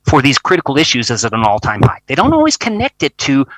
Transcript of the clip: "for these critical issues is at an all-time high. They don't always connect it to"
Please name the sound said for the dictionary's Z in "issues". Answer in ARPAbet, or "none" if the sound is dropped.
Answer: Z